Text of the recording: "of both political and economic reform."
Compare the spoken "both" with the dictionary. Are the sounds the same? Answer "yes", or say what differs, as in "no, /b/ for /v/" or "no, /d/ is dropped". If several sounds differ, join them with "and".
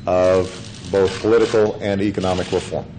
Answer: yes